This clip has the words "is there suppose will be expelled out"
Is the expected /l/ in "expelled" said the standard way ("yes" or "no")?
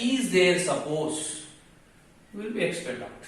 no